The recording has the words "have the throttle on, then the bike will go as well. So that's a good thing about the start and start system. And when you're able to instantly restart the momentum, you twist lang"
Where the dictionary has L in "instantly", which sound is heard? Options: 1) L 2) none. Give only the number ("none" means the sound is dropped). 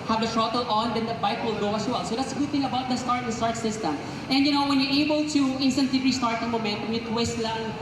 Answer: 2